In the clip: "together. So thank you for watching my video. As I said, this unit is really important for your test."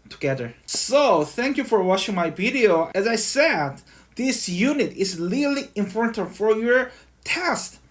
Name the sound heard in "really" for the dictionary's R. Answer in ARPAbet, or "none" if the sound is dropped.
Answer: L